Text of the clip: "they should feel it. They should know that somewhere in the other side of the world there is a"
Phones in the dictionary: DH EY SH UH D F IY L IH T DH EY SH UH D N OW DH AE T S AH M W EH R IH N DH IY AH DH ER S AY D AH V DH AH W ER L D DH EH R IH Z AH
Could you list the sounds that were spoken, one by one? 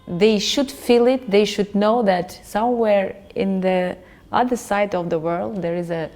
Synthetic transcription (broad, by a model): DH EY SH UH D F IY L IH T DH EY SH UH D N OW DH AE T S AH M W EH R IH N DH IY AH DH ER S AY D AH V DH AH W ER L D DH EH R IH Z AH